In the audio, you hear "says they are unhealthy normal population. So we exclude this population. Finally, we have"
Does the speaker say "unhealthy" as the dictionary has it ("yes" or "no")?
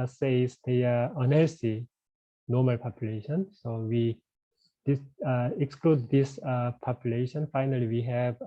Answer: no